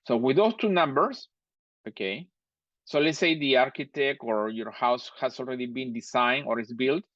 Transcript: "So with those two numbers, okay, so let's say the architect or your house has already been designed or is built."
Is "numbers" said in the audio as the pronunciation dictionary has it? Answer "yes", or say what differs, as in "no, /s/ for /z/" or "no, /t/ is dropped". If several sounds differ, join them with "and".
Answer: no, /s/ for /z/